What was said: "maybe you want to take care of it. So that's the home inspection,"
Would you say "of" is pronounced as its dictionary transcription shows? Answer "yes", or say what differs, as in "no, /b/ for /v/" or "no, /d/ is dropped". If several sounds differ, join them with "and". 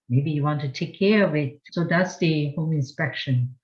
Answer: yes